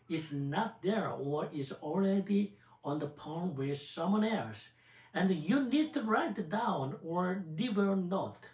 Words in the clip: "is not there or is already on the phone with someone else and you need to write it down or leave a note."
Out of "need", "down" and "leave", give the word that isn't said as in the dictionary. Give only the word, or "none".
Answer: leave